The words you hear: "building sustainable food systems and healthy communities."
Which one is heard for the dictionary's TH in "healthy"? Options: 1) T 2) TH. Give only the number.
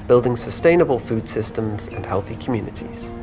2